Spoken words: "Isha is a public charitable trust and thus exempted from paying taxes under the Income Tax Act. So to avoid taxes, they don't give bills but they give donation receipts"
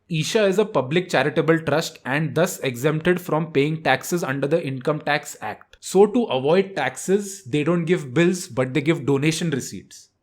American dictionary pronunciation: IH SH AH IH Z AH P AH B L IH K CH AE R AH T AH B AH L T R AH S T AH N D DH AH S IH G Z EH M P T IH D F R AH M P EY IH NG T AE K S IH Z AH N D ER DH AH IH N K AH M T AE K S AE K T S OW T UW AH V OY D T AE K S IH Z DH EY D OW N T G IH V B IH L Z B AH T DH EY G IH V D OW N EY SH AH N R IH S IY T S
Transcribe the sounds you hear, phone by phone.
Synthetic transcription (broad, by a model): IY SH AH IH Z AH P AH B L IH K CH AE R AH T AH B AH L T R AH S T AH N D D AH S IH G Z EH M P T IH D F R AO M P EY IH NG T AE K S IH Z AH N D ER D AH IH N K AH M T AE K S AE K T S OW T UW AH V OY D T AE K S IH Z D EY D OW N T G IH V B IH L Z B AH T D EY G IH V D OW N EY SH AH N R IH S IY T S